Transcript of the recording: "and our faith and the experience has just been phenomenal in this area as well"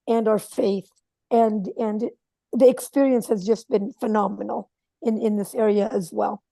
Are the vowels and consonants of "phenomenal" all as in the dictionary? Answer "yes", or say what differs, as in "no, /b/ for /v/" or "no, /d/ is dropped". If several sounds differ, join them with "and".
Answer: no, /n/ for /l/